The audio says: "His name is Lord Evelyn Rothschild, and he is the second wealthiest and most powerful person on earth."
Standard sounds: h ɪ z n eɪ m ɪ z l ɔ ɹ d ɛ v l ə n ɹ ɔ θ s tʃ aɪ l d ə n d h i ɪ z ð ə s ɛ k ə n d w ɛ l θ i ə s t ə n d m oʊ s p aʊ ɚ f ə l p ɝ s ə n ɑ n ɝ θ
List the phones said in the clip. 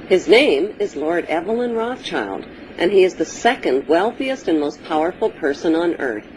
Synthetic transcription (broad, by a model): h ɪ z n eɪ m ɪ z l ɔ ɹ d ɛ v l ə n ɹ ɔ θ tʃ aɪ l d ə n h i ɪ z ð ə s ɛ k ə n d w ɛ l θ i ə s t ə n m oʊ s p aʊ ɚ f l p ɝ s ə n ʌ n ɝ θ